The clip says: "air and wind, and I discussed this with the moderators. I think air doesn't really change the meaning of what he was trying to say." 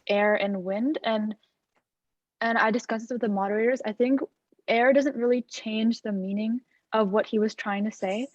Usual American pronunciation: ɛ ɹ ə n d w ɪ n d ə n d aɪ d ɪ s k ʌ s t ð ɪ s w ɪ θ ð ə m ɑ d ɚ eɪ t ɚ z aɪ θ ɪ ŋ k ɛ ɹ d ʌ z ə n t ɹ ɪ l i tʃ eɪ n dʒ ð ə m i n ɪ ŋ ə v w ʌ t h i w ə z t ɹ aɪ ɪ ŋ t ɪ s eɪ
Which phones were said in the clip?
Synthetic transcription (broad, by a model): ɛ ɹ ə n w ɪ n d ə n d aɪ d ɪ s k ʌ s ð ɪ s w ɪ ð ə m ɑ d ɚ eɪ t ɚ z aɪ θ ɪ ŋ k ɛ ɹ d ʌ z ə n t ɹ ɪ l i tʃ eɪ n dʒ ð ə m i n ɪ ŋ ə v w ʌ t h i w ə z t ɹ aɪ ɪ ŋ t ɪ s eɪ